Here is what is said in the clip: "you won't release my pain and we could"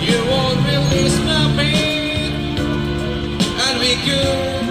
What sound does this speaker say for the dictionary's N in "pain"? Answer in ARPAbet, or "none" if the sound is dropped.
none